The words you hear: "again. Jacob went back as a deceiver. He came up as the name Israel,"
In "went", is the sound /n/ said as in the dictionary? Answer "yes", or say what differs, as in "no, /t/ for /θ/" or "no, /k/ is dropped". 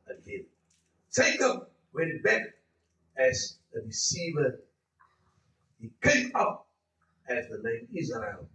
no, /n/ is dropped